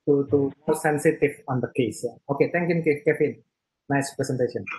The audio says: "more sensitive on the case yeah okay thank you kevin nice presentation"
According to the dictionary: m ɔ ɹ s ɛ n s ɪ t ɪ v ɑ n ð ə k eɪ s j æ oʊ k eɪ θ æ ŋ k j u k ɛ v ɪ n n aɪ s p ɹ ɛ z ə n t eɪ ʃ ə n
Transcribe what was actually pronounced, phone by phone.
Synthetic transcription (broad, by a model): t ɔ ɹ s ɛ n s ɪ t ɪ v ɑ n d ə k eɪ s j oʊ k eɪ t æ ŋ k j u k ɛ f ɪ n n aɪ s p ɹ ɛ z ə n t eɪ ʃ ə n